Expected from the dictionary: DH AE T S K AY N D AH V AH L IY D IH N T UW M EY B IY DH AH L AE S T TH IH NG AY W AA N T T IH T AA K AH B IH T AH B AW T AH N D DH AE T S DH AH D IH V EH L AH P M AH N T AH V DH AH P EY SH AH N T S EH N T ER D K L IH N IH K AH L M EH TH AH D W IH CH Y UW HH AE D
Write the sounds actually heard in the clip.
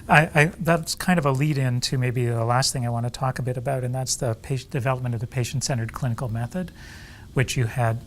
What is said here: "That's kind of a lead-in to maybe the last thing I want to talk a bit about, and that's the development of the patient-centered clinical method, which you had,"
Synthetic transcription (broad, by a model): DH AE T S K AY N D AH V AH L IY D IH N T UW M EY B IY DH AH L AE S T TH IH NG AY W AA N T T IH T AA K AH B IH T AH B AW T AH N DH AE T S DH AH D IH V EH L AH P M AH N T AH V DH AH P EY SH N T S EH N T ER D K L IH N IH K L M EH TH AH D W IH CH Y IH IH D